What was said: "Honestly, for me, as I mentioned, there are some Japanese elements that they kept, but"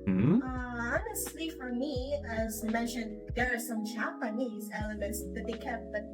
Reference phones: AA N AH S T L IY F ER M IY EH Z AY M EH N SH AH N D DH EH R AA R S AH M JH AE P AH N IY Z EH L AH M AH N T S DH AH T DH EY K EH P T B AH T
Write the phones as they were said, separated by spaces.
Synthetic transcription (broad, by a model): AA N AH S T L IY F ER M IY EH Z M EH N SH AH N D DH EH R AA R S AH M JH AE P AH N IY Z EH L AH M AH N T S DH AH T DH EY K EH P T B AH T